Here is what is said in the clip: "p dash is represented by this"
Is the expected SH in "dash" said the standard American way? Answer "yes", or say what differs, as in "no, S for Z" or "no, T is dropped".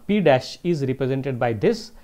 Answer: yes